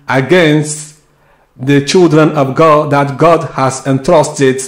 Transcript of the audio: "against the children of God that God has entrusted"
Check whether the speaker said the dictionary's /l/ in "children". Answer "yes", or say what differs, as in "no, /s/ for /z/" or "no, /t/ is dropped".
yes